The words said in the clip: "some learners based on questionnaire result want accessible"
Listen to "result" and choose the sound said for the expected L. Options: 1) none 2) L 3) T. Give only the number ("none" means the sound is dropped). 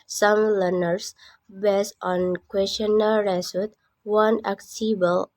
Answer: 1